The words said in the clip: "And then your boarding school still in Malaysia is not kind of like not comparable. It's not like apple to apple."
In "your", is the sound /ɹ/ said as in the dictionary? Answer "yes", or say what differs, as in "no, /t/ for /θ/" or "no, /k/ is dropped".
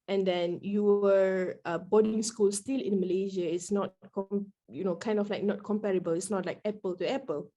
no, /w/ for /ɹ/